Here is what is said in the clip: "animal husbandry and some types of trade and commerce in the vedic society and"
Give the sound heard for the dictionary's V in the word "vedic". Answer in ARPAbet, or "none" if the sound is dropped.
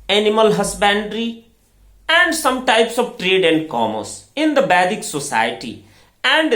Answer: B